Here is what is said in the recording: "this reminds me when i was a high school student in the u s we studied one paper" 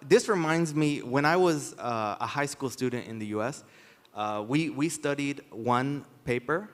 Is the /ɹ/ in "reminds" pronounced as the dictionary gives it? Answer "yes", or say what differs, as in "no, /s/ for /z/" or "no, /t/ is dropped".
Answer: yes